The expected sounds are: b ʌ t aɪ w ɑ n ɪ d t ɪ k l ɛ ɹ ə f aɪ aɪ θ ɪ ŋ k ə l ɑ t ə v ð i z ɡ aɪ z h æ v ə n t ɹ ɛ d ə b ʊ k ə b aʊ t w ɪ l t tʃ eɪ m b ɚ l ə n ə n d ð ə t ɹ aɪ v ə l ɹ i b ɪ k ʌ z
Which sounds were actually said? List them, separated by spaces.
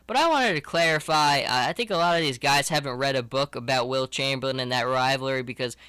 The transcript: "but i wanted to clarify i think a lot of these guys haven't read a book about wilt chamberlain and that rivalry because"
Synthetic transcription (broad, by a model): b ʌ t aɪ w ɑ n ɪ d t ɪ k l ɛ ɹ ə f aɪ aɪ θ ɪ ŋ k ə l ɑ t ə v ð i z ɡ aɪ z h æ v ə n t ɹ ɛ d ə b ʊ k ə b aʊ t w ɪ l tʃ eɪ m b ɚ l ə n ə n ð ə t ɹ aɪ v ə ɹ i b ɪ k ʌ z